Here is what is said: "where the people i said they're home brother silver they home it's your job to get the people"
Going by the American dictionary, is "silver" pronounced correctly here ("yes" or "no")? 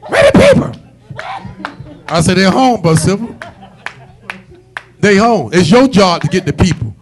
no